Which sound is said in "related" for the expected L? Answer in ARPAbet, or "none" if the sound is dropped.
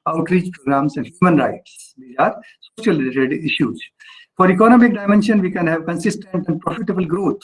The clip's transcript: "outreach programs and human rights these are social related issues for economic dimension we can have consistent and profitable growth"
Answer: none